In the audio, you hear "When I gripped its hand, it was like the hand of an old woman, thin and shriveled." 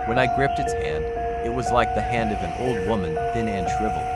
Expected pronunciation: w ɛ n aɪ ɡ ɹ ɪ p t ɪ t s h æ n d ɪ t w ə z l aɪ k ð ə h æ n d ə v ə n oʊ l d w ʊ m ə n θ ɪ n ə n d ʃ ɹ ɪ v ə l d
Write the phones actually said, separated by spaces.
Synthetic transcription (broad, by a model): w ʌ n aɪ ɡ ɹ ɪ p t ɪ t s h æ n d ɪ t w ə z l aɪ k ð ə h æ n d ə v ə n oʊ l d w ʊ m ə n θ ɪ n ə n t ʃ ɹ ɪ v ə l